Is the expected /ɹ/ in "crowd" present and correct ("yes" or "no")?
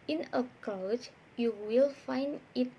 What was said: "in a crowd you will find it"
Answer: no